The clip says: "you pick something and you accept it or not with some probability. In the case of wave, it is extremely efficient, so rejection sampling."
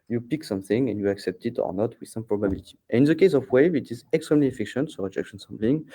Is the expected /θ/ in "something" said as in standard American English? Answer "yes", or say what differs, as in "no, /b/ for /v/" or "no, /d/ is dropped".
yes